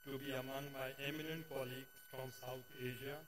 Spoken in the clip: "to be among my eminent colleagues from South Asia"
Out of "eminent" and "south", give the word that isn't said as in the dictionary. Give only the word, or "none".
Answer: south